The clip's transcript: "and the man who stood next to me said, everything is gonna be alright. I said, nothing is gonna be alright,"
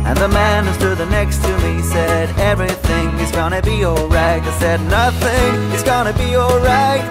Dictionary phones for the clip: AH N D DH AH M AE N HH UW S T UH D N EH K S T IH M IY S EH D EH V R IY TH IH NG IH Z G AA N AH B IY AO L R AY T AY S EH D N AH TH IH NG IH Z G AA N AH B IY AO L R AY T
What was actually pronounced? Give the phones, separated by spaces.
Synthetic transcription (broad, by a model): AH N DH AH M AE N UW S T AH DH N EH K S T IH M IY S EH D EH V R IY TH IH NG IH Z G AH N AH B IY AO L R AY T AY S EH D N AH TH IH NG IH Z G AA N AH B IY AO L R AY T